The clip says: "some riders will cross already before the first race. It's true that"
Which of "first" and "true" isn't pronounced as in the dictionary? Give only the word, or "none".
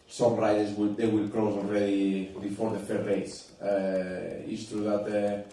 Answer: first